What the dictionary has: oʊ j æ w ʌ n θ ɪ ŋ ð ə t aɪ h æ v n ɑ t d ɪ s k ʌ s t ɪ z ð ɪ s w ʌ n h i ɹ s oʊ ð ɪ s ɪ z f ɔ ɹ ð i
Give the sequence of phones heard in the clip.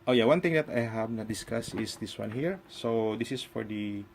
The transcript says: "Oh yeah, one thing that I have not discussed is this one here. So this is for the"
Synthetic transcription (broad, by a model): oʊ j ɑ w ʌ n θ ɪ ŋ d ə t aɪ h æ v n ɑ d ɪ s k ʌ s ɪ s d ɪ s w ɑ n h i ɹ s oʊ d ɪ s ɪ s f ɔ ɹ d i